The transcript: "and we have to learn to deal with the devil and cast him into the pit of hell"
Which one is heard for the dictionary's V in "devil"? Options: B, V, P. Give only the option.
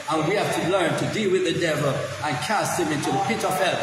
V